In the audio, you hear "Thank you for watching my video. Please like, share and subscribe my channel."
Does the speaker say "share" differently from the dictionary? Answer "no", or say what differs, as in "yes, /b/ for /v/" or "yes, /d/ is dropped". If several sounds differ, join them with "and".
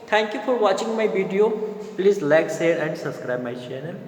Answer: yes, /s/ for /ʃ/